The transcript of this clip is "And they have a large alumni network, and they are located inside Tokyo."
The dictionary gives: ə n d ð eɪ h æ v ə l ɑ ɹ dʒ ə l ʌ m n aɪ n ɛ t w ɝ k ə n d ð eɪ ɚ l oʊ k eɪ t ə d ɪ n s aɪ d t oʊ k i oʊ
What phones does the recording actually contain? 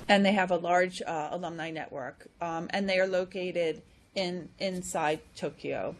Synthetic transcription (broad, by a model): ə n ð eɪ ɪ v ə l ɑ ɹ dʒ ə l ʌ m n aɪ n ɛ t w ɝ k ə n ð eɪ ɚ l oʊ k eɪ t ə d ɪ n s aɪ d t oʊ k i oʊ